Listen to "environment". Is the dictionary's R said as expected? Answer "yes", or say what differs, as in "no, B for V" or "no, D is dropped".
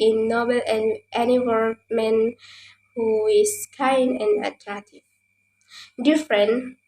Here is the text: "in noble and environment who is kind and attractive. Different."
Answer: no, W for R